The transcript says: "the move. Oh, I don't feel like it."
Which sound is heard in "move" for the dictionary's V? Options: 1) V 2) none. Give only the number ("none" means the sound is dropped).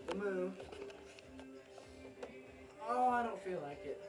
2